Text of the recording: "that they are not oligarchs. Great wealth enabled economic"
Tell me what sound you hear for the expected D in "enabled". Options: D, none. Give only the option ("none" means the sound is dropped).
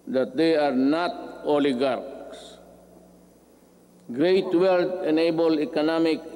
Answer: none